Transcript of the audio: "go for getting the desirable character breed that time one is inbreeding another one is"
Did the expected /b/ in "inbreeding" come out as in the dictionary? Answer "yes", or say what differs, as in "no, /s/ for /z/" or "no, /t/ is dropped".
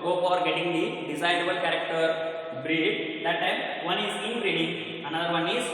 no, /b/ is dropped